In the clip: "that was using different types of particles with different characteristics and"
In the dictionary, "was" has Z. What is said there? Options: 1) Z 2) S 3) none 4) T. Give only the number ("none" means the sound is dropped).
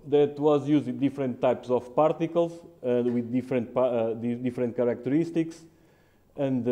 1